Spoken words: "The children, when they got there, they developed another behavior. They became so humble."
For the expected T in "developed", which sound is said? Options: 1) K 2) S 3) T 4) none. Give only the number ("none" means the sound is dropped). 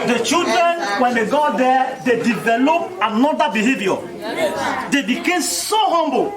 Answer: 4